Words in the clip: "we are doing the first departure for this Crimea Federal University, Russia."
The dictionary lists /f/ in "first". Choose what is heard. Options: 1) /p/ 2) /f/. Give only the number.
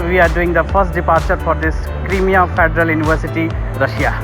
1